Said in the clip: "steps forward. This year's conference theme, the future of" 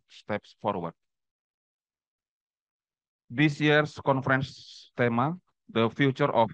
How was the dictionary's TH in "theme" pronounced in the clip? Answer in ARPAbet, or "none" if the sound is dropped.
T